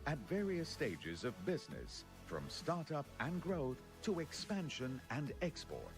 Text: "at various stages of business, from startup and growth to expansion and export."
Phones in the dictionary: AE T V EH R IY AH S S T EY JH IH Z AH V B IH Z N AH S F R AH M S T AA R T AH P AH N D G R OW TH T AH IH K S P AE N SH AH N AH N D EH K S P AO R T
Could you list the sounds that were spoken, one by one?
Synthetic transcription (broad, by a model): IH T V EH R IY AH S S T EY JH IH Z AH V B IH Z N AH S F R AH M S T AA R T AH P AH N G R OW TH T AH IH K S P AE N SH AH N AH N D EH K S P AO R T